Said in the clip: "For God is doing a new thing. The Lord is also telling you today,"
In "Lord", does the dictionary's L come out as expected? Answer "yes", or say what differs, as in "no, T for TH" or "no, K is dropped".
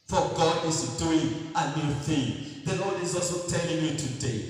no, N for L